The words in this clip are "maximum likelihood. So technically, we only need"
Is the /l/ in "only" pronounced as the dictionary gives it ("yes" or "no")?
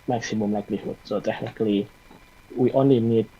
no